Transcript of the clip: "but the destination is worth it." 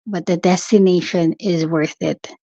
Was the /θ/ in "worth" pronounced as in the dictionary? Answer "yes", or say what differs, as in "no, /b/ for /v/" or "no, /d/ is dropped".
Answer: yes